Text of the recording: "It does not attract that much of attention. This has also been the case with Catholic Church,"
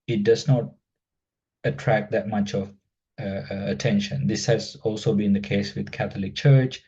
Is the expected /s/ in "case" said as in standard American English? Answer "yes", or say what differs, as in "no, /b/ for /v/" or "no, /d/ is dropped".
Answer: yes